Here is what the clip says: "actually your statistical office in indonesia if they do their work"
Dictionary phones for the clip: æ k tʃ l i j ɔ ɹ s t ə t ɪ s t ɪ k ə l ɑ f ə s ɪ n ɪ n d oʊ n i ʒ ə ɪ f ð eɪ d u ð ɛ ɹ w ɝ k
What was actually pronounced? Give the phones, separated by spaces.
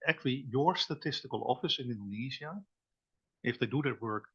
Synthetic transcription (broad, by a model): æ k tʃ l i j ɔ ɹ s t ə t ɪ s t ɪ k ə l ɑ f ə s ɪ n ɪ n d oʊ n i z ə ɪ f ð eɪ d u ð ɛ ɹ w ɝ k